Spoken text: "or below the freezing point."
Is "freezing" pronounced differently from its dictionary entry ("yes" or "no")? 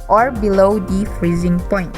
no